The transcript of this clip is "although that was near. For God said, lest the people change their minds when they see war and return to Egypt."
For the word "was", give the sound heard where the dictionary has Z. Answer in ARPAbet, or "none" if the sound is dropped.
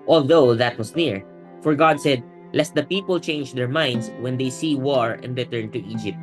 S